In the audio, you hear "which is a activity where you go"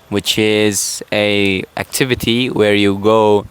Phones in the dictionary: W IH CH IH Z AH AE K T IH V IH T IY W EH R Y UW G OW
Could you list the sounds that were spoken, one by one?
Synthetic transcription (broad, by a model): W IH CH IH Z AH AE K T IH V IH T IY W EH R Y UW G OW